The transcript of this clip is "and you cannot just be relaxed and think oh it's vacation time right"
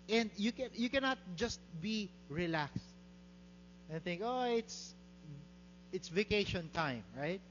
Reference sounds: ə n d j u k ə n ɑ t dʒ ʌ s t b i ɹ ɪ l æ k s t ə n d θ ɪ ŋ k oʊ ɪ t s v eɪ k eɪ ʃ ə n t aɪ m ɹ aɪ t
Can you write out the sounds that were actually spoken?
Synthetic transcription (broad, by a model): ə n d j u k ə n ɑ t dʒ ʌ s t b i ɹ ɪ l æ k s t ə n θ ɪ ŋ k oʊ ɪ t s v eɪ k eɪ ʃ ə n t aɪ m ɹ aɪ t